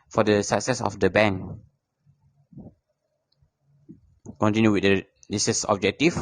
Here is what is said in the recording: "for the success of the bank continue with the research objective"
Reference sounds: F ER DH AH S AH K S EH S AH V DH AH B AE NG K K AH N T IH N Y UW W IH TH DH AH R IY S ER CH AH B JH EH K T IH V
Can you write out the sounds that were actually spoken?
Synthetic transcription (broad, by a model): F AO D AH S AH K S EH S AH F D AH B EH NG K K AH N T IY N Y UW W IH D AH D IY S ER S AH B JH EH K T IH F